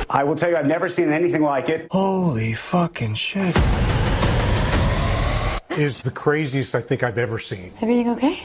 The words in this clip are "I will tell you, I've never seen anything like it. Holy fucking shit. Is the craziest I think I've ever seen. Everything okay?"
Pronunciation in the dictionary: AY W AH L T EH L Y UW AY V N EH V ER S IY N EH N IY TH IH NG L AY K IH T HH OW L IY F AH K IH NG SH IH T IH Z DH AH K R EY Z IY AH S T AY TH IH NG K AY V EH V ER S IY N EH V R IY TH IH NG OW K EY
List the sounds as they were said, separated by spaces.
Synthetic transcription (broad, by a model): AY W AH L T EH L Y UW AY V N EH V ER S IY N EH N IY TH IH NG L AY K IH T HH OW L IY F AH K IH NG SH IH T IH Z DH AH K R EY Z IY AH S T AY TH IH NG K AY V EH V ER S IY N EH V R IY TH IH NG OW K EY